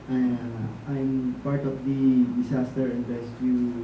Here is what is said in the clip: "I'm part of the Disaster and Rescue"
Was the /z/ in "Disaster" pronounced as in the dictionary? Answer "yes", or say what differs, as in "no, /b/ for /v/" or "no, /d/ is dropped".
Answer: no, /s/ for /z/